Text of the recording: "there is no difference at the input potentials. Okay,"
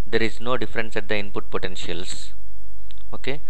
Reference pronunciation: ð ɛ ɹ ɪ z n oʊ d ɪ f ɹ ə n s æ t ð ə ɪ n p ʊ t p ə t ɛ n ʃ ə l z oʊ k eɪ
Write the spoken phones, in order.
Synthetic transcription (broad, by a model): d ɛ ɹ ɪ z n oʊ d ɪ f ɹ ə n s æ t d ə ɪ n p ʊ t p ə t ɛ n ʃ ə l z oʊ k eɪ